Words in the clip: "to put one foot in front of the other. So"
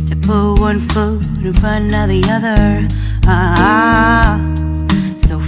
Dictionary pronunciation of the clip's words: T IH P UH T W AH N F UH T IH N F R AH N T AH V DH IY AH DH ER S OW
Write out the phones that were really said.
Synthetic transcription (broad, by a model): T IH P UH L W AH N F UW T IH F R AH N AH DH IY AH DH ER S OW